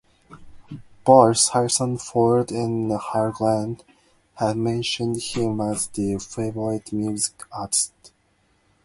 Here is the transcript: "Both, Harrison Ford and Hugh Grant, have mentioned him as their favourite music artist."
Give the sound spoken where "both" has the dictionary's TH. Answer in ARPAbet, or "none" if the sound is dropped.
S